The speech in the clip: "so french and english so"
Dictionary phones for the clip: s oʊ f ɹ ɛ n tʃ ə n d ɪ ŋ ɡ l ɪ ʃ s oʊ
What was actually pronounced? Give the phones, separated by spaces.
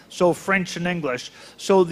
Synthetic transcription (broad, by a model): s oʊ f ɹ ɛ n tʃ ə n ɪ ŋ ɡ l ɪ ʃ s oʊ